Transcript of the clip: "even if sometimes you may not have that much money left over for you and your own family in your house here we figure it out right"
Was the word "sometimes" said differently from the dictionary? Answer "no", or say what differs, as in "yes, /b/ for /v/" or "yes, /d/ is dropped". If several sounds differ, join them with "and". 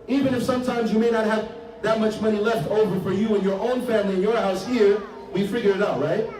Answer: no